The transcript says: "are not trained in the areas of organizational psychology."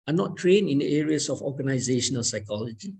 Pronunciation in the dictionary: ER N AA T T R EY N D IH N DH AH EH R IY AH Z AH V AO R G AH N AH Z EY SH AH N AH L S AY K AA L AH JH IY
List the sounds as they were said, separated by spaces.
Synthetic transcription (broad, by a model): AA N AA T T R EY N IH N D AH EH R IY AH S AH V AO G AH N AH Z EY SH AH N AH L S AY K AA L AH JH IY